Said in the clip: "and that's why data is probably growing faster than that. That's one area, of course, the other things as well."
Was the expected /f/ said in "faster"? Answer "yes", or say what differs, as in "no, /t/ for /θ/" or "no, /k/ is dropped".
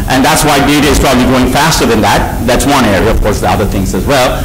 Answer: yes